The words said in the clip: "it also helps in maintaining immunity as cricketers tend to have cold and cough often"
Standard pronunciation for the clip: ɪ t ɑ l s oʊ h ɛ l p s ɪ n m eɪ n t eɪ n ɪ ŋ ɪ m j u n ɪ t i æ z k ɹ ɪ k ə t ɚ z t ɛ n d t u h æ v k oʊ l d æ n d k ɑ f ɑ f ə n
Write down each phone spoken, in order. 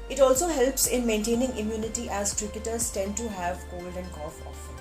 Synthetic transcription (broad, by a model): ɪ t ɑ l s oʊ h ɛ l p s ɪ n m eɪ n t eɪ n ɪ ŋ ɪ m j u n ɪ t i æ z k ɹ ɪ k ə t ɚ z t ɛ n d t u h æ v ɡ oʊ l d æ n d k ɑ f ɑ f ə